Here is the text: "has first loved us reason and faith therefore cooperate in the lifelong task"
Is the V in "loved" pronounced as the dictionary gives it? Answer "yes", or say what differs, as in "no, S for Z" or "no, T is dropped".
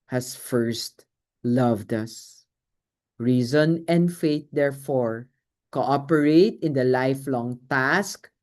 yes